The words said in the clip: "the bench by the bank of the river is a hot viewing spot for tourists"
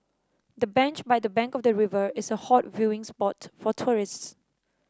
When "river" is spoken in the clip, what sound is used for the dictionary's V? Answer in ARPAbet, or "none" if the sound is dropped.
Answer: V